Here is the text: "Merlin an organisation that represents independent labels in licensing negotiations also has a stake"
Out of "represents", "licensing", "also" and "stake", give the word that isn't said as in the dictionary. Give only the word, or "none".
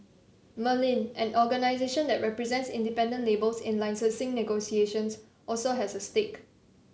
licensing